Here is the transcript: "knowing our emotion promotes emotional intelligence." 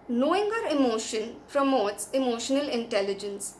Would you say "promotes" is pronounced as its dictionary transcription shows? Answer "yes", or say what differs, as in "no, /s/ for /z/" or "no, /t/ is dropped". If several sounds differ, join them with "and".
yes